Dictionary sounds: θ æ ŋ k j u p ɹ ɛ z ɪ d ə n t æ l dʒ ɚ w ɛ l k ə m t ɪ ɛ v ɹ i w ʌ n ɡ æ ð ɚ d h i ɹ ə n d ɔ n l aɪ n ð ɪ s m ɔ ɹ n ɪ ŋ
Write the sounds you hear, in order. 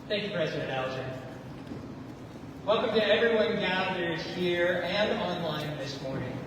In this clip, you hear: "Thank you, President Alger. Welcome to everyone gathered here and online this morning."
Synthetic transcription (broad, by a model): θ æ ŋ k j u p ɹ ɛ z ɪ d ə n t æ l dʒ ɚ w ɛ l k ə m t ɪ ɛ v ɹ i w ʌ n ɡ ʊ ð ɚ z h i ɹ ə n ɔ n l aɪ n ð ɪ s m ɔ ɹ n ɪ ŋ